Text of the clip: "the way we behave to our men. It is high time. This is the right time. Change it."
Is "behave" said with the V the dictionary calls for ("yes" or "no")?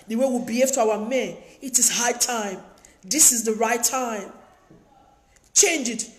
no